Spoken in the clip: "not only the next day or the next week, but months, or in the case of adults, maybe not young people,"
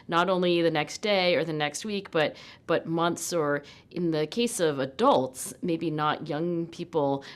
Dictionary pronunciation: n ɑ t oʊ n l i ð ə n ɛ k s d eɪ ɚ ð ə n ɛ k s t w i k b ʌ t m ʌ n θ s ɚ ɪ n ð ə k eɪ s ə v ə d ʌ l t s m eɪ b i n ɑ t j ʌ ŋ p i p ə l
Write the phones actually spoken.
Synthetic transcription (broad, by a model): n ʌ t oʊ n l i ð ə n ɛ k s d eɪ ɚ ð ə n ɛ k s t w i k b ʌ t m ʌ n θ s ɚ ɪ n ð ə k eɪ s ə v ə d ʌ l t s m eɪ b i n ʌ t j ʌ ŋ p i p l